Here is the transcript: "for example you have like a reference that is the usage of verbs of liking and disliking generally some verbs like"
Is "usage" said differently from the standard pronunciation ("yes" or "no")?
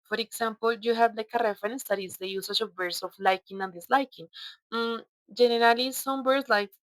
yes